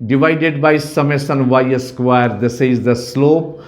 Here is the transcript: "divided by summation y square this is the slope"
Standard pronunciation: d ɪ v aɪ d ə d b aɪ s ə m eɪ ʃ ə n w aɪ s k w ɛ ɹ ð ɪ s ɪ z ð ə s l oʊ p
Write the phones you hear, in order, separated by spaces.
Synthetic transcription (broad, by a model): d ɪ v aɪ d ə d b aɪ s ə m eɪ s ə n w aɪ s k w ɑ ɹ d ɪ s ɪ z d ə s l oʊ p